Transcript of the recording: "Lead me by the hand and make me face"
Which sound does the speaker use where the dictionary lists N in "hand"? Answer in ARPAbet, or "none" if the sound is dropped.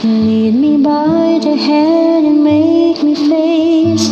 none